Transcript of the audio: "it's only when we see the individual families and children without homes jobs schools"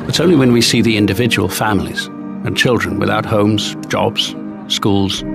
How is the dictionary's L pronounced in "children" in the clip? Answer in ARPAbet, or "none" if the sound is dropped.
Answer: L